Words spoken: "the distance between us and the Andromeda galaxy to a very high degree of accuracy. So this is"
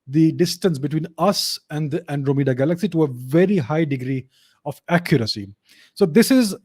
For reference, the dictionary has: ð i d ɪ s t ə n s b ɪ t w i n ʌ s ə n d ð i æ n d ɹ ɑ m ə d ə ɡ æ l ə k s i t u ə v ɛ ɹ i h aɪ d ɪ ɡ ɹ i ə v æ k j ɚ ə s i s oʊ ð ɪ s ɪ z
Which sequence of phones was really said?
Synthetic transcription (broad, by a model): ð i d ɪ s t ə n s b ɪ t w i n ʌ s ə n d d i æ n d ɹ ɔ m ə d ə ɡ æ l ə k s i t u ə v ɛ ɹ i h aɪ d ɪ ɡ ɹ i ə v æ k j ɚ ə s i s oʊ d ɪ s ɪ z